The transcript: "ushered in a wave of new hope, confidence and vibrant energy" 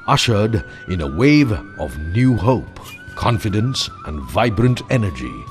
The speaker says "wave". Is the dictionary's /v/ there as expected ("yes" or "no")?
yes